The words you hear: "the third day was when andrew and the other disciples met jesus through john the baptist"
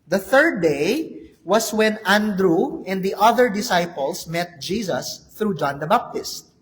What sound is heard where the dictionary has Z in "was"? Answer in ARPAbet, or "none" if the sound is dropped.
S